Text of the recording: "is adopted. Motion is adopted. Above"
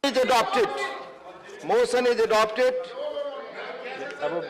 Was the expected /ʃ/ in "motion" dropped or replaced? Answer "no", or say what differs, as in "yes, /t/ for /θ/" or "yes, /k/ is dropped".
yes, /s/ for /ʃ/